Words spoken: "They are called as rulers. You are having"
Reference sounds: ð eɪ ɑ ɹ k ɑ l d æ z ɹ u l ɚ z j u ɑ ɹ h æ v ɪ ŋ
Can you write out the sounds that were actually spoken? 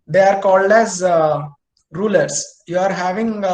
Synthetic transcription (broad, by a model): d eɪ ɑ ɹ k ɑ l d æ z ɹ u l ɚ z j u ɑ ɹ h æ v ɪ ŋ